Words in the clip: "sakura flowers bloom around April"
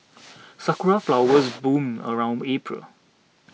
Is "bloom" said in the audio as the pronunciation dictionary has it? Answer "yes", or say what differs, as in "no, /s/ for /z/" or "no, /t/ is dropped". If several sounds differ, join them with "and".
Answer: no, /l/ is dropped